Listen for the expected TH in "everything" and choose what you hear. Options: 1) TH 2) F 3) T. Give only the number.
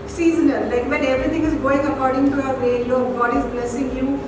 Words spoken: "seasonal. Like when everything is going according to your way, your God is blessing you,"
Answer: 3